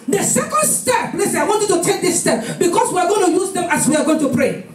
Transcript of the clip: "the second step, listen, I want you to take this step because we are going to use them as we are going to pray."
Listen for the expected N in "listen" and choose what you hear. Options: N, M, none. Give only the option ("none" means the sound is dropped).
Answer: none